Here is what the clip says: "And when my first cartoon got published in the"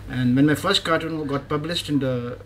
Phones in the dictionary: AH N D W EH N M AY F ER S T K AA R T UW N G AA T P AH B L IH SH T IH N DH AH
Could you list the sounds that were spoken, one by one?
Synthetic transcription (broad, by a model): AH N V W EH N M AY F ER S T K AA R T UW N G AA T P AH B L IH SH T IH N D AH